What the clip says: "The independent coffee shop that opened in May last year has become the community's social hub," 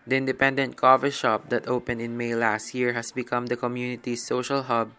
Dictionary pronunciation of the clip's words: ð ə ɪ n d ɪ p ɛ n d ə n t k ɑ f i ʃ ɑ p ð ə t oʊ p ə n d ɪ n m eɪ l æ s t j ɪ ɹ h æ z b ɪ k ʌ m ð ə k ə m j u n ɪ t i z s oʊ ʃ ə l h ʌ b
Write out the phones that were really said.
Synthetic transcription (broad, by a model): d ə ɪ n d ɪ p ɛ n d ə n t k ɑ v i ʃ ɑ p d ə t oʊ p ə n d ɪ n m eɪ l æ s t j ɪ ɹ h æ s b ɪ k ʌ m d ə k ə m j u n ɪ t i s oʊ ʃ ə l h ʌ b